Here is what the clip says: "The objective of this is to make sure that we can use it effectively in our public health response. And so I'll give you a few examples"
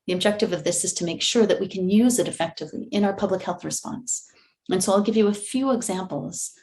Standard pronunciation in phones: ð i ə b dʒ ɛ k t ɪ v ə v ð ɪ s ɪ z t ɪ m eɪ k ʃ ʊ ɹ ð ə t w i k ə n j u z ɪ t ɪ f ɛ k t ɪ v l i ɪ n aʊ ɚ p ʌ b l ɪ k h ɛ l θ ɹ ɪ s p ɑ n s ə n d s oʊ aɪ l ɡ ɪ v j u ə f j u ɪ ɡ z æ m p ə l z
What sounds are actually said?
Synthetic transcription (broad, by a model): ð i ə b dʒ ɛ k t ɪ v ə v ð ɪ s ɪ z t ɪ m eɪ k ʃ ʊ ɹ ð ə t w i k ə n j u z ɪ t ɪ f ɛ k t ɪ v l i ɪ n aʊ ɚ p ʌ b l ɪ k h ɛ l θ ɹ ɪ s p ɑ n s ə n s oʊ aɪ l ɡ ɪ v j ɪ ə f j u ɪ ɡ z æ m p l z